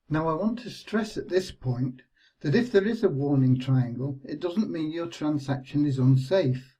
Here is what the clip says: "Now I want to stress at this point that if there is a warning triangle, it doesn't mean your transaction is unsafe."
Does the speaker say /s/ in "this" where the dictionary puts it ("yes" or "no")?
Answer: yes